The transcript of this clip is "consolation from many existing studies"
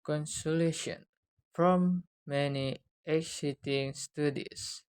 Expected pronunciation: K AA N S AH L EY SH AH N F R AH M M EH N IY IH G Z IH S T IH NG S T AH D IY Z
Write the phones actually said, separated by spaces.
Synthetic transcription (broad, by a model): K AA N S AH L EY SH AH N F R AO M M EH N IY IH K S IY T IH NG S T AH D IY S